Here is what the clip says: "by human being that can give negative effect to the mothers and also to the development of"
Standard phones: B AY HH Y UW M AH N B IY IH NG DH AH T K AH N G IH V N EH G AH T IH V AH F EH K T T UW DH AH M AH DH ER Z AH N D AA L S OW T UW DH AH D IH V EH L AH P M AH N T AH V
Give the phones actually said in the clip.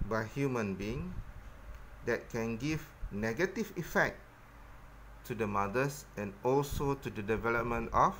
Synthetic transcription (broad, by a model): B AY HH Y UW M AH N B IY IH NG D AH T K AH N G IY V N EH G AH T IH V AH F EH K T T UW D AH M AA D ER S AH N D AA L S OW T UW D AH D IH V EH L AH P M AH N T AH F